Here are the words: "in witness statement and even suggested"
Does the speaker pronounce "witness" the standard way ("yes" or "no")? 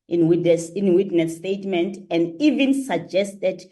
no